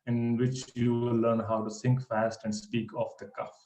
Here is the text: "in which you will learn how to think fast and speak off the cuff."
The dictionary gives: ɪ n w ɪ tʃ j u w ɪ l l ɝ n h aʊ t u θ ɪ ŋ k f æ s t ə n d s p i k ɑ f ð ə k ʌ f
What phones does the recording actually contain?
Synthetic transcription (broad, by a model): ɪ n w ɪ tʃ j u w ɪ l l ɝ n h aʊ t u s ɪ ŋ k f æ s t ə n d s p i k ɑ f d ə k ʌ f